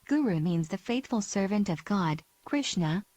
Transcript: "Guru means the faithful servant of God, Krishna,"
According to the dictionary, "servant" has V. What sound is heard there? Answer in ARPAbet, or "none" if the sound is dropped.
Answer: V